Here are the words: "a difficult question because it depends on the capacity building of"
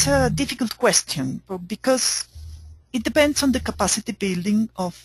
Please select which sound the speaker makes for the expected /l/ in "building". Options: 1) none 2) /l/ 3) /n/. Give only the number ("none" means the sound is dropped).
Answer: 2